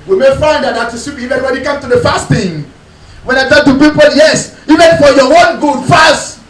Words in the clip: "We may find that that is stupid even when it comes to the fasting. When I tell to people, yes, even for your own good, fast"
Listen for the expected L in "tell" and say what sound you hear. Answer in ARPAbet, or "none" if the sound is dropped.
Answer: N